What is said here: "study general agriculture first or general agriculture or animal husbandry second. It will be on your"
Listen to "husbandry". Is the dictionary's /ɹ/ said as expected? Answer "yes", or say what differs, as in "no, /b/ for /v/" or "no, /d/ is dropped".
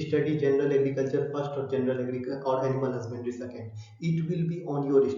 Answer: no, /ɹ/ is dropped